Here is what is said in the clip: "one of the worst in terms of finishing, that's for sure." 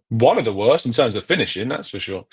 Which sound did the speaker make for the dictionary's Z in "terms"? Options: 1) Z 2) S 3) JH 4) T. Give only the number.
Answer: 1